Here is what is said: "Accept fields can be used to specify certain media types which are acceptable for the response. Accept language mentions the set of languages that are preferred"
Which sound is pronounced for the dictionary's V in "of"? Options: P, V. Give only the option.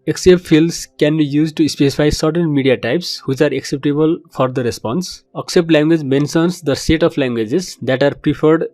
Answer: P